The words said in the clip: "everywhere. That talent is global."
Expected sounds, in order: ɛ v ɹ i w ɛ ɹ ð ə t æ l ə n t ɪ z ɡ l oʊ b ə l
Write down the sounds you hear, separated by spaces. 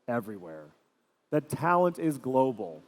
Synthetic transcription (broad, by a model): ɛ v ɹ i w ɛ ɹ ð ə t æ l ə n t ɪ z ɡ l oʊ b l